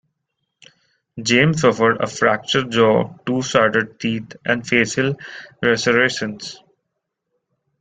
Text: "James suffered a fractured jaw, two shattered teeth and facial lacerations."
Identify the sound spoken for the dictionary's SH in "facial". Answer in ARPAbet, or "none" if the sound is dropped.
S